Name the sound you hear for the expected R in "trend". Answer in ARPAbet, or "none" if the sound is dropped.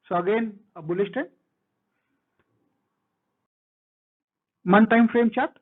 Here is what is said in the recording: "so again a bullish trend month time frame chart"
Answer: none